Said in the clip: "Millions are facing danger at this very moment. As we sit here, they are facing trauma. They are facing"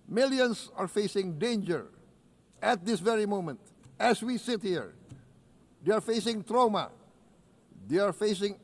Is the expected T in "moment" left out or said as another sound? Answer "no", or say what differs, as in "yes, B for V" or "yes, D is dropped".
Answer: no